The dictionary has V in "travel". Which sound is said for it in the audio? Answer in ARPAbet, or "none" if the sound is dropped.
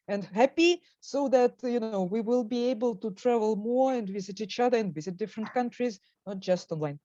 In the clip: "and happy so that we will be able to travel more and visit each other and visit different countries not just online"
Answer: V